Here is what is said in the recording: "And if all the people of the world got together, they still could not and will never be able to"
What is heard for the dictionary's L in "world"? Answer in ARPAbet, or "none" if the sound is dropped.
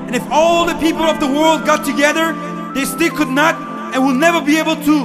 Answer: L